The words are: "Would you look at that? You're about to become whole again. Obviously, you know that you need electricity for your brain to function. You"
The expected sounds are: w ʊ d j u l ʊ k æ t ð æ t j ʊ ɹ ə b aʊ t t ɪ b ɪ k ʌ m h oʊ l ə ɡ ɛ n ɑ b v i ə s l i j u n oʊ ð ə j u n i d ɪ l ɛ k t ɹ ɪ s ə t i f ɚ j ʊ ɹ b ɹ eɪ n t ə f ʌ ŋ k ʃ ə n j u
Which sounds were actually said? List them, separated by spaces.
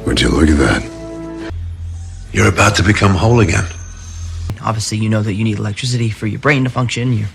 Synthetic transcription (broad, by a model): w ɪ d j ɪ l ʊ k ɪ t ð æ t j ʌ ɹ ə b aʊ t t ɪ b ɪ k ʌ m h oʊ l ə ɡ ɛ n ɑ b v i ə s l i j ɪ n oʊ ð ə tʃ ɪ n i d ɪ l ɛ k t ɹ ɪ s ə t i f ɚ j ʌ ɹ b ɹ eɪ n t ə f ʌ ŋ k ʃ ə n j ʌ